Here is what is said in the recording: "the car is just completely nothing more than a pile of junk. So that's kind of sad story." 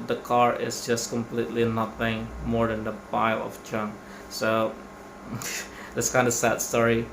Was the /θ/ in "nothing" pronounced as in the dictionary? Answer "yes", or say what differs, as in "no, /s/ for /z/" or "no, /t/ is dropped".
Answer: no, /f/ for /θ/